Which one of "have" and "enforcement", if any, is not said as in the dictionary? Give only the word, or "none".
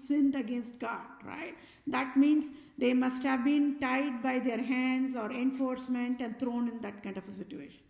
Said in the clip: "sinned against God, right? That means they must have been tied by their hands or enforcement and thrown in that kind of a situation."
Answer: none